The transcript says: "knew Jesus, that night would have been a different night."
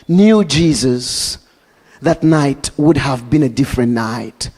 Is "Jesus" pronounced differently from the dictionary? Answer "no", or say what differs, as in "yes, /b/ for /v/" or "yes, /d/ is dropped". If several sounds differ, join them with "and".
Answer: no